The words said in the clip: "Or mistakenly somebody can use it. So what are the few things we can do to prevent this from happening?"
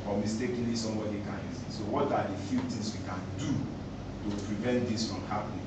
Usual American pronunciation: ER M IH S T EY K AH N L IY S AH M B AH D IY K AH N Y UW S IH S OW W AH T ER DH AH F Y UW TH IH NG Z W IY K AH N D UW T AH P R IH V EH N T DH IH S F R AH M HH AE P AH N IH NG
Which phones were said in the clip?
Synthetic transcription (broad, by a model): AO M IH S T EY K AH N L IY S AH M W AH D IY K AH N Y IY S IH S OW W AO T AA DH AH F Y UW T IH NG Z W IY K AH N D UW T AH P R IH V EH N T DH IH S F R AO M HH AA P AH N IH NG